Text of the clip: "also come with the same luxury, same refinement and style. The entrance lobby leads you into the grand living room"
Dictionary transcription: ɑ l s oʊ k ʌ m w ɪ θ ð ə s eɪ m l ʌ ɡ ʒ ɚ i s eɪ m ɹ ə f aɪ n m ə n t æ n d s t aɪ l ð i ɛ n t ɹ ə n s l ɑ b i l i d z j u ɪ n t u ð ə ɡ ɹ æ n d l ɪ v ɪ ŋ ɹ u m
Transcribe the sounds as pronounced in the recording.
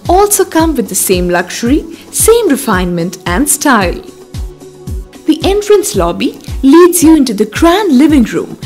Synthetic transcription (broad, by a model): ɑ l s oʊ k ʌ m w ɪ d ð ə s eɪ m l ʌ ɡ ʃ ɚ i s eɪ m ɹ ə f aɪ n m ə n t æ n d s t aɪ l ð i ɛ n t ɹ ə n s l ɑ b i l i d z j u ɪ n t u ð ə ɡ ɹ æ n d l ɪ v ɪ ŋ ɹ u m